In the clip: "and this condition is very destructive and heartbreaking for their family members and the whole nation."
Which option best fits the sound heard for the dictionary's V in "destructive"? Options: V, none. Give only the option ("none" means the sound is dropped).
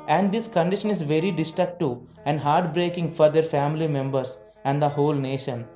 none